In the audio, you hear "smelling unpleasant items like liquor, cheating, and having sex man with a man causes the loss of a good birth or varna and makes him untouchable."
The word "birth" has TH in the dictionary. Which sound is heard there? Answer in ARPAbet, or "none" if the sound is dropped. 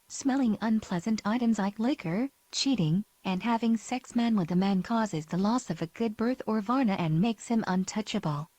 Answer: TH